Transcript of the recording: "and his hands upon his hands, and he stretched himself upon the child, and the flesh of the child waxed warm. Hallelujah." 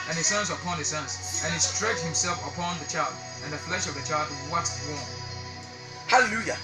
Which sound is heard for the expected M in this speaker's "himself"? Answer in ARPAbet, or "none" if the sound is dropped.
M